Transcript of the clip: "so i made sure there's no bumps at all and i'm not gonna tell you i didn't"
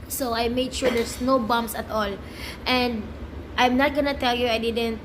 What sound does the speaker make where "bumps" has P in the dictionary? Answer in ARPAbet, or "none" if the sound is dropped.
none